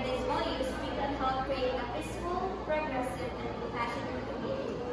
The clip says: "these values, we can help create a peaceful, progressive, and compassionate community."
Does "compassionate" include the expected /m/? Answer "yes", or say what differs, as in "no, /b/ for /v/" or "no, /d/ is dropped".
no, /m/ is dropped